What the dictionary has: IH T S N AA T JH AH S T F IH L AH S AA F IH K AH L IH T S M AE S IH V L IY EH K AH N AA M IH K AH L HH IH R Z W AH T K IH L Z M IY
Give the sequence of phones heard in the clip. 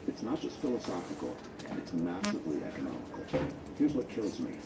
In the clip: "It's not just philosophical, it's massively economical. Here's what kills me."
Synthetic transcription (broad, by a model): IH T S N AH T JH AH S T F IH L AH S AA F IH K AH N IH T S M AE S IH V L IY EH K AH N AA M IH K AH L HH IH R Z W AH T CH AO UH Z M IY